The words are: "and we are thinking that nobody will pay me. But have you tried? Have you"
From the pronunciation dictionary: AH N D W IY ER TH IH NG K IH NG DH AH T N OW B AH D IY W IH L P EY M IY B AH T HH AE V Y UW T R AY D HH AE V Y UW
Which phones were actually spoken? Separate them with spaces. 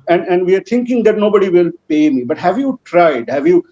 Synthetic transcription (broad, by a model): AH N D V IY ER T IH NG K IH NG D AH T N OW B AH D IY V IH L P EY M IY B AH T HH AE V Y UW T R AY D HH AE V Y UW